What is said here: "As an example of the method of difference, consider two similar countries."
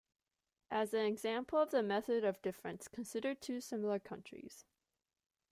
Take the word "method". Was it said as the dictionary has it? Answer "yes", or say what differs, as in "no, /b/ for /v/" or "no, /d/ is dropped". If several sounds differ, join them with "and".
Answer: yes